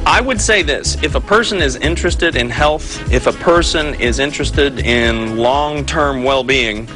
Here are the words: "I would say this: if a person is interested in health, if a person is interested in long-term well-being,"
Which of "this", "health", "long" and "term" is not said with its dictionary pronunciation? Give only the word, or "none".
none